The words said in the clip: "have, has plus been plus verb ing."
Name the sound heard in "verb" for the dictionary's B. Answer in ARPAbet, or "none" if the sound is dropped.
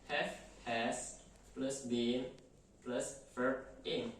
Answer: none